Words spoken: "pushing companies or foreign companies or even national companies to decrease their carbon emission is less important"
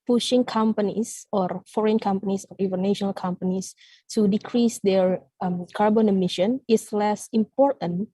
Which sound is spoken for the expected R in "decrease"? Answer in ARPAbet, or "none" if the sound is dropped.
R